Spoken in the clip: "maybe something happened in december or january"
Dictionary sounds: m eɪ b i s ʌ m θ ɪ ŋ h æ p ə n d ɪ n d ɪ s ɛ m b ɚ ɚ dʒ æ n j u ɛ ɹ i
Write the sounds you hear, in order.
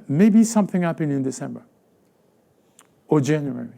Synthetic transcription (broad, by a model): m eɪ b i s ʌ m θ ɪ ŋ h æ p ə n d ɪ n d ɪ s ɛ m b ɚ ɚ dʒ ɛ n j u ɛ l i